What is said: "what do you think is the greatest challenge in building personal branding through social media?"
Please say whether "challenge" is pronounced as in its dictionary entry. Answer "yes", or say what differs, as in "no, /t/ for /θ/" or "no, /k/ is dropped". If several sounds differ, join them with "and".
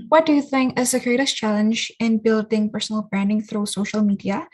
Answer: yes